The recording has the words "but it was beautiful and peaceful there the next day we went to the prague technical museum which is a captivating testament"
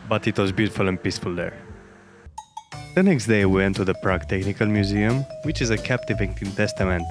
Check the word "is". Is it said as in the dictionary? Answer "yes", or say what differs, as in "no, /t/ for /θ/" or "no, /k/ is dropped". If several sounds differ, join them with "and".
yes